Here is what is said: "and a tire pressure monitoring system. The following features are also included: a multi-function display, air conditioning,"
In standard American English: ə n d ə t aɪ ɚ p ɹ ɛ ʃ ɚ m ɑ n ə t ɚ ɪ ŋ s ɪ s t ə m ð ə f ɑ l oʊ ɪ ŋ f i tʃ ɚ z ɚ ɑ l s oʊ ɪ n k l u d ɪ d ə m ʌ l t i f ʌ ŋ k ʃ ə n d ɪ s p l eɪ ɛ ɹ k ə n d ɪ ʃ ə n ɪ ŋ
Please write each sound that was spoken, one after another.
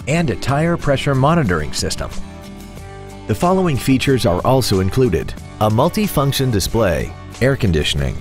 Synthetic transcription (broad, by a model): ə n d ə t aɪ ɚ p ɹ ɛ ʃ ɚ m ɑ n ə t ɚ ɪ ŋ s ɪ s t ə m ð ə f ɑ l oʊ ɪ ŋ f i tʃ ɚ z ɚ ɑ l s oʊ ɪ n k l u d ɪ d ə m ʌ l t i f ʌ ŋ k ʃ ə n d ɪ s p l eɪ ɛ ɹ k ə n d ɪ ʃ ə n ɪ ŋ